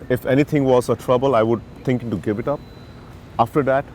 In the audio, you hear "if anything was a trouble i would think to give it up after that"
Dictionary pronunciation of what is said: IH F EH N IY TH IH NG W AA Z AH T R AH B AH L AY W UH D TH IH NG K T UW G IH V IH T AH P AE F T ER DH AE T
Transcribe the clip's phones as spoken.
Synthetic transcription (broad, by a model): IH F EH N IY T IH NG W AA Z AH T R AH B AH L AY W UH D T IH NG K T UW G IH V IH T AH P AE F T ER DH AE T